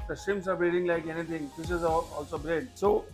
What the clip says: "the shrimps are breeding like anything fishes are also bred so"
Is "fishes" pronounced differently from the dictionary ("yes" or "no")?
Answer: yes